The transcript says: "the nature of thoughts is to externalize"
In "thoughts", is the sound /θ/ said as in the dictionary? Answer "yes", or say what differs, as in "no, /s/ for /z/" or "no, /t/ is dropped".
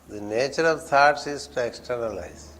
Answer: no, /t/ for /θ/